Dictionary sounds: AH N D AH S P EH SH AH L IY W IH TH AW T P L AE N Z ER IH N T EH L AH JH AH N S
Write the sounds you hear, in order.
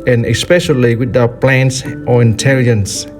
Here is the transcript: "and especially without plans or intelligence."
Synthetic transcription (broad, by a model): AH N AH S P EH SH AH L IY W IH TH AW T P L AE N S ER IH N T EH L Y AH N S